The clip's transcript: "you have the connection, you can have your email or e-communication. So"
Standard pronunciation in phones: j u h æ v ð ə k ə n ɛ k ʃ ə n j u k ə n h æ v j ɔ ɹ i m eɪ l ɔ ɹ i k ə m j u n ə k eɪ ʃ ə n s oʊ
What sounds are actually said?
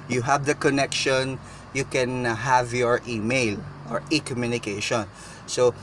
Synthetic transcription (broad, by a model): j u h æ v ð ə k ə n ɛ k ʃ ə n j u k ə n h æ v j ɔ ɹ i m eɪ l ɔ ɹ i k ə m j u n ə k eɪ ʃ ə n s oʊ